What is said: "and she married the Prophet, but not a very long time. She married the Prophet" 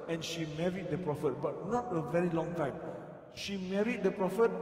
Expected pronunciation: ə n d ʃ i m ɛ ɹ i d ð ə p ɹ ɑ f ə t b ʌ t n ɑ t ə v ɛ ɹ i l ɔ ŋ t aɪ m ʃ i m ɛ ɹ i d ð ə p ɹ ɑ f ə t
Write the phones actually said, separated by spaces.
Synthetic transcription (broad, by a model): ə n ʃ i m ɛ ɹ i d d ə p ɹ ɑ f ə t b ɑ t n ɑ t ə v ɛ ɹ i l ɔ ŋ t aɪ m ʃ i m ɛ ɹ i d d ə p ɹ ɑ f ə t